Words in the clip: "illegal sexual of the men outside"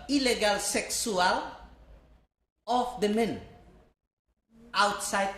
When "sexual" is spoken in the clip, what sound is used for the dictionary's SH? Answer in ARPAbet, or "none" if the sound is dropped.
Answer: S